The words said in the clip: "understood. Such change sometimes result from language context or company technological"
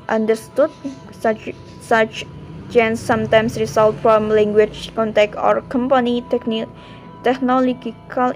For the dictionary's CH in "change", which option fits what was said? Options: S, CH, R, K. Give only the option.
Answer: S